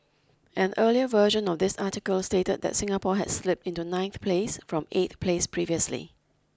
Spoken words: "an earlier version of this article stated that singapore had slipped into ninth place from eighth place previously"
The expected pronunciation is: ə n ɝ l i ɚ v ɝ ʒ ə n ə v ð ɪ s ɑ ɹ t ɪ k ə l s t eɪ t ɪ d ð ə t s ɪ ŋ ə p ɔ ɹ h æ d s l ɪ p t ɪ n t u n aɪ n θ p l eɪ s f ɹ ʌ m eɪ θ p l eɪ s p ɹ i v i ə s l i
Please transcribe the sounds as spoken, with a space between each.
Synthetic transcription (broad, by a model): ə n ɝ l i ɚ v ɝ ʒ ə n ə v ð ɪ s ɑ t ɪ k ə l s t eɪ t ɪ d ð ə t s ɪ ŋ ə p ɔ h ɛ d s l ɪ p t ɪ n t u n aɪ n θ p l eɪ s f ɹ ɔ m eɪ t p l eɪ s p ɹ i v i ə s l i